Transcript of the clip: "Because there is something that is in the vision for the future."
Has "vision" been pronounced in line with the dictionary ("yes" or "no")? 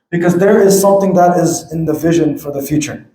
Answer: yes